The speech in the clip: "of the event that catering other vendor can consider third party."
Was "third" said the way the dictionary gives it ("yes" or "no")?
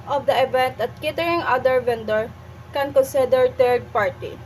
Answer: no